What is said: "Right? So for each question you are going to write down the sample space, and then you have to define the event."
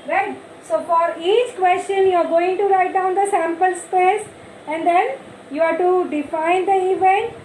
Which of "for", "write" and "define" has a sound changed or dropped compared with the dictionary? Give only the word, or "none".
none